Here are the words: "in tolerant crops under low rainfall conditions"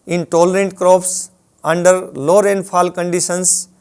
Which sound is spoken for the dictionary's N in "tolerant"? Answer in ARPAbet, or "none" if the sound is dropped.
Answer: N